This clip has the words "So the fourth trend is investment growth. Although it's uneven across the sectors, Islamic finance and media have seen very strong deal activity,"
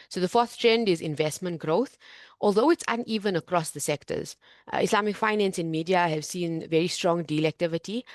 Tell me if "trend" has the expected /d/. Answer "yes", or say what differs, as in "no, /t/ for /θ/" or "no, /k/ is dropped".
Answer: yes